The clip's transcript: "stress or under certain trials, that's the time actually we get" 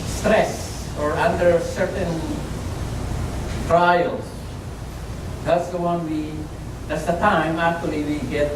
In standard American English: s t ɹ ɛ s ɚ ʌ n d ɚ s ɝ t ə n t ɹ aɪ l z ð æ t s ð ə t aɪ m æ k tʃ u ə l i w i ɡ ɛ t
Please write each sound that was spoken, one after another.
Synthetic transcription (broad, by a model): s t ɹ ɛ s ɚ ʌ n d ɚ s ɝ t ə n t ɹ aɪ l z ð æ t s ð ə t aɪ m æ k tʃ u ə l i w i ɡ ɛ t